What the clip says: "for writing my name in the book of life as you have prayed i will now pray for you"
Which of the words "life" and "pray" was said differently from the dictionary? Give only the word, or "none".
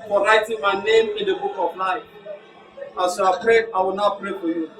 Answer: life